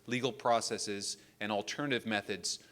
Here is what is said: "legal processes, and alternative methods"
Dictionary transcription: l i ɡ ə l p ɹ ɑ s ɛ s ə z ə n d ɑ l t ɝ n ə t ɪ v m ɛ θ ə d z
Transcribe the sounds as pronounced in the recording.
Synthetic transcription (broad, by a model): l i ɡ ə l p ɹ ɑ s ɛ s ə z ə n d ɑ l t ɝ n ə t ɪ v m ɛ θ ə d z